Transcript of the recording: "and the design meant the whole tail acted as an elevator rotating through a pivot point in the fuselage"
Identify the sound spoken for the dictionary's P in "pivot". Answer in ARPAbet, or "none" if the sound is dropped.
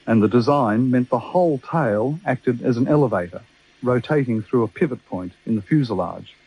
P